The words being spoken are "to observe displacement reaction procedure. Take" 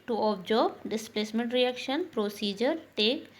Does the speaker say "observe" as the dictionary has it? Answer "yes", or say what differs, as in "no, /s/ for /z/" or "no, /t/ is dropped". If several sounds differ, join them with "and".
no, /b/ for /v/